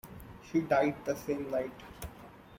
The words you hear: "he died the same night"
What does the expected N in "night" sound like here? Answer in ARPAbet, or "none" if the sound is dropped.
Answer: L